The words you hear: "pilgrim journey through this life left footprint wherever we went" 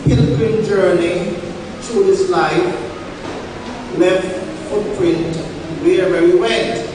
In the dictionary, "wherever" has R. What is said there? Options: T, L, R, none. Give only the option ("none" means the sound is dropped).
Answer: none